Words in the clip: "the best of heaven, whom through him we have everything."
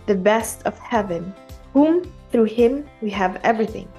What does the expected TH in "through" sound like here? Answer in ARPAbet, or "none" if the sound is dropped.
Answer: TH